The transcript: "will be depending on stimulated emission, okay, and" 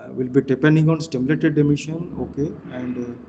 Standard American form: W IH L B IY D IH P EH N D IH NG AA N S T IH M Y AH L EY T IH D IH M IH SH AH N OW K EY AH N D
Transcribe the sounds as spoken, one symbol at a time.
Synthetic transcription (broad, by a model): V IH L B IY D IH P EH N D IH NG AA N S T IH M Y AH L EY T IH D IH M IH SH AH N OW K EY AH N D